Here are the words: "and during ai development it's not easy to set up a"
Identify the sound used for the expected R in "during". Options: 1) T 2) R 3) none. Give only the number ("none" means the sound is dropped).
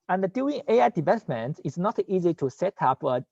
3